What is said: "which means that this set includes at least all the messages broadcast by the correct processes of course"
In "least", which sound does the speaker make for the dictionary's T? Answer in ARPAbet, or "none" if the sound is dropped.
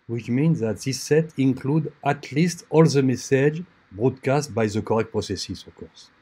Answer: T